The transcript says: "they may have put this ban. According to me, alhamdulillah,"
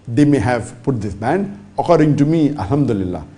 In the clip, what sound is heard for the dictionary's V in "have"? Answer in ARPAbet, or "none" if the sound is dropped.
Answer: V